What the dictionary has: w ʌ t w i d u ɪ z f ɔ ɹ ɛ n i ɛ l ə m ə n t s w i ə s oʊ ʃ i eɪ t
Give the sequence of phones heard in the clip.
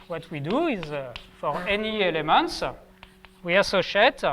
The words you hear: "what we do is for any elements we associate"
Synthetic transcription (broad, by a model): w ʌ t w i d u ɪ z f ɔ ɹ ɛ n i ɛ l ə m ə n t s w i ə s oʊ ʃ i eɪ t